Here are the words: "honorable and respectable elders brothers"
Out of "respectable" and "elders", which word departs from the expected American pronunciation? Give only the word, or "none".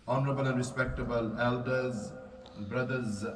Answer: none